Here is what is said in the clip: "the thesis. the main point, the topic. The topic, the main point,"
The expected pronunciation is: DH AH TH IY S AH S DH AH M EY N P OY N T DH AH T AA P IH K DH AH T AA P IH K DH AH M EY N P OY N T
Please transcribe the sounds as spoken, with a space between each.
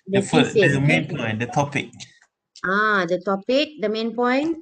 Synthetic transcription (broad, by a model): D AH F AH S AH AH M EY N P OY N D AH T AA P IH K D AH T AA P IH K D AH M EY N P OY N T